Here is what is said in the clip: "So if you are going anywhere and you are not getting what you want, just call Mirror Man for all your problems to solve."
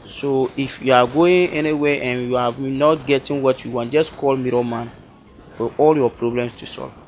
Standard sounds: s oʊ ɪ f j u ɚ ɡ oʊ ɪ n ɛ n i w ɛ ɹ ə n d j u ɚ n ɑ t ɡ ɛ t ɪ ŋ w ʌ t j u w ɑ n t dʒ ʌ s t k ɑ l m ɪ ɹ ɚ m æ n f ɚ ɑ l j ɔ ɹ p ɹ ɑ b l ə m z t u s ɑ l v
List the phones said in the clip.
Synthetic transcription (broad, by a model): s oʊ ɪ f j u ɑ ɡ oʊ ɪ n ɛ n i w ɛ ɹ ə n j u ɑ n ɑ t ɡ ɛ t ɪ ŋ w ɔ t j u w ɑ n dʒ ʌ s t k ɑ l m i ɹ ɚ m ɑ n f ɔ ɑ l j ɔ p ɹ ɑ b l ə m s t u s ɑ l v